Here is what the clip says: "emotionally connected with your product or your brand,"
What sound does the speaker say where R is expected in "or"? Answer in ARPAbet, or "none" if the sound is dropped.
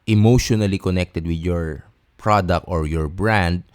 R